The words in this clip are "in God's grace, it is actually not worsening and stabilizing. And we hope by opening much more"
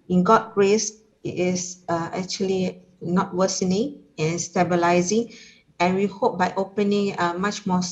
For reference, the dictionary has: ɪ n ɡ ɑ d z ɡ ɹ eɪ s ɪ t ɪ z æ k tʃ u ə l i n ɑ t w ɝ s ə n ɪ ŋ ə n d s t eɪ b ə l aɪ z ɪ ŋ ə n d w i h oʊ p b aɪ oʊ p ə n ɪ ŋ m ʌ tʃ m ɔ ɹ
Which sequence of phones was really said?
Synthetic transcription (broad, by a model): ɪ n ɡ ɑ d ɡ ɹ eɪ s ɪ t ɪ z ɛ k tʃ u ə l i n ɑ t w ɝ s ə n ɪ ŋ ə n s t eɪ b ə l aɪ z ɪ ŋ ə n w i h oʊ p b aɪ oʊ p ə n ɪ ŋ m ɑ tʃ m ɔ